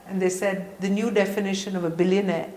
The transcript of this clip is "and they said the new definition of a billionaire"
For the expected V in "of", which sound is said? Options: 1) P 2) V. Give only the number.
2